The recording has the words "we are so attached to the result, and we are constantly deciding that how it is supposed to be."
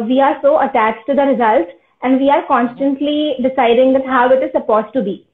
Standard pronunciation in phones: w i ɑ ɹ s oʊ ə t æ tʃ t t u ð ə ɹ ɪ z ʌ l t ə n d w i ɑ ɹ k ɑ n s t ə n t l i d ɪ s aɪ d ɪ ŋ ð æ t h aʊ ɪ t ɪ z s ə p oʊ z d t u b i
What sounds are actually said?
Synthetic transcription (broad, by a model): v i ɑ ɹ s oʊ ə t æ tʃ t t u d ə ɹ ɪ z ʌ l t ə n d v i ɑ ɹ k ɑ n s t ə n t l i d ɪ s aɪ d ɪ ŋ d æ t h aʊ ɪ t ɪ z s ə p oʊ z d t u b i